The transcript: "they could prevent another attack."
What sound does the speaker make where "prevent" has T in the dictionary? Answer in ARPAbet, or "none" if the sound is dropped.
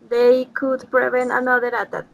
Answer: none